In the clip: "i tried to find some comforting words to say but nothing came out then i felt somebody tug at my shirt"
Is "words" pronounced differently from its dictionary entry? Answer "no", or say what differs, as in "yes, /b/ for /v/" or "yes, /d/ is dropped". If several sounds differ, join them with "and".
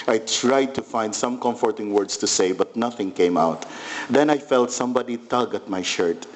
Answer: yes, /s/ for /z/